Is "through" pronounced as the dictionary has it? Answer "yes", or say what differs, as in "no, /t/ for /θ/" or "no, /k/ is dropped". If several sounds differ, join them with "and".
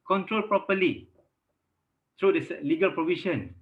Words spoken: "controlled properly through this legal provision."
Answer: no, /t/ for /θ/